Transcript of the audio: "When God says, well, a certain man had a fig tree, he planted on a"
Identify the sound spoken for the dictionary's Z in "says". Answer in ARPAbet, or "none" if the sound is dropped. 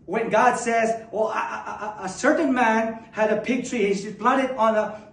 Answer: Z